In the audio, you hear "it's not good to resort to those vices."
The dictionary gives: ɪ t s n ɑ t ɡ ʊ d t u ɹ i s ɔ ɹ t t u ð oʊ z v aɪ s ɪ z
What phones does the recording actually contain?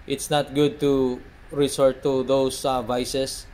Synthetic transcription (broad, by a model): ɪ t s n ɑ t ɡ ʊ d t u ɹ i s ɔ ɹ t t u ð oʊ s v aɪ s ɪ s